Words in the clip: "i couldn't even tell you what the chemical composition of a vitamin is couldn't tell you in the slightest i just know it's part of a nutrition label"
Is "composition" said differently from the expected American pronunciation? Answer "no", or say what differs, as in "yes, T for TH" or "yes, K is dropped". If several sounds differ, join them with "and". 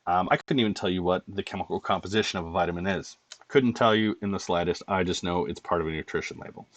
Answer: no